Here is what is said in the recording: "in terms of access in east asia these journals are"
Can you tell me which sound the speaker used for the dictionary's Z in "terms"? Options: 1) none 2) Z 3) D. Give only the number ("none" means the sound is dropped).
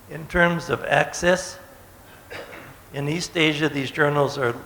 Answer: 2